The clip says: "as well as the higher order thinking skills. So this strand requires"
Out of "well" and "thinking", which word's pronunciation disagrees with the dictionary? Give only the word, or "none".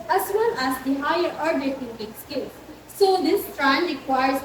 thinking